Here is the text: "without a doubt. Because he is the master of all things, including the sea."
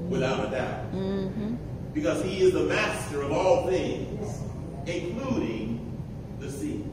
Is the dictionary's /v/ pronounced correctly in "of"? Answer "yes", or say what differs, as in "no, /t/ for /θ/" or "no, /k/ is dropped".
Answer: yes